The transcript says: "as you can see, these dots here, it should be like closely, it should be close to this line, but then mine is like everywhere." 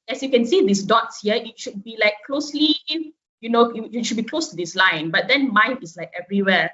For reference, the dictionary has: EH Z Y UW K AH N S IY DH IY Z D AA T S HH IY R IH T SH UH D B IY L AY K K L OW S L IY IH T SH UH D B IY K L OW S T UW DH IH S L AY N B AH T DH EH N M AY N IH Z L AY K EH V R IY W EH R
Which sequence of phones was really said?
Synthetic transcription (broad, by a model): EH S Y UW K AH N S IY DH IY S D AA T S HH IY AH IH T SH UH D B IY L AY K K L OW S L IY IH T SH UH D B IY K L OW S T UW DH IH S L AY N B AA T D EH N M AY N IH S L AY K EH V R IY W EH